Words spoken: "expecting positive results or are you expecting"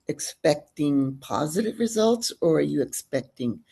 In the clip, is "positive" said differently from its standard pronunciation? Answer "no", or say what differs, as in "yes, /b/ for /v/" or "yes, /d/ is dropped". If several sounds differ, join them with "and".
no